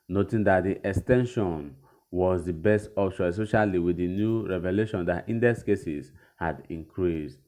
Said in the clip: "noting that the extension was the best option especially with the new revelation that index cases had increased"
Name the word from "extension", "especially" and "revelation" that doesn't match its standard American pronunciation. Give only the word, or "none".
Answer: especially